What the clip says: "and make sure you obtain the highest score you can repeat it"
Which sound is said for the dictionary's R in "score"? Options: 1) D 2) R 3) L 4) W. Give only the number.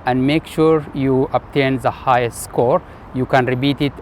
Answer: 2